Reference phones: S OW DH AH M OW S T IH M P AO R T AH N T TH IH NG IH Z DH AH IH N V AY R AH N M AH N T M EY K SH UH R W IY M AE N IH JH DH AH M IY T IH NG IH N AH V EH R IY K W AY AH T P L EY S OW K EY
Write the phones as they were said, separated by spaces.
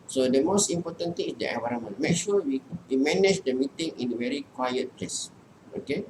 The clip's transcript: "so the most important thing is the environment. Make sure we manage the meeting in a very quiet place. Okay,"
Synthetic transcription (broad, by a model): S OW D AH M OW S T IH M P AO T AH N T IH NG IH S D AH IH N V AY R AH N M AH N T M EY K SH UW W W IY M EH N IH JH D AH M IY T IH NG IH N AH V EH R IY K W AY AH T P L EY S OW K EY